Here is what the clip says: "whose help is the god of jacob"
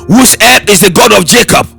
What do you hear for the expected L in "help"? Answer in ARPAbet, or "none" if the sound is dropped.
none